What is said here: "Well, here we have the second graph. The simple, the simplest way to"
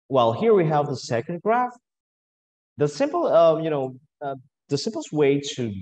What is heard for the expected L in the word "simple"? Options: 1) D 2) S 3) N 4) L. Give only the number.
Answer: 3